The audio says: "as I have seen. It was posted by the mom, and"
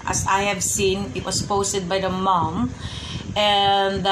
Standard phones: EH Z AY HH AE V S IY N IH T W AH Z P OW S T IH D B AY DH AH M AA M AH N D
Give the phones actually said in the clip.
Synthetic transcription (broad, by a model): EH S AY HH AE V S IY N IH T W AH S P OW S T IH D B AY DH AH M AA M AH N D